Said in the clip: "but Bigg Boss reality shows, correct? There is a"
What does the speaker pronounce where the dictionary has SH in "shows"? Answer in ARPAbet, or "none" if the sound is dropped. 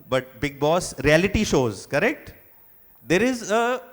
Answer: SH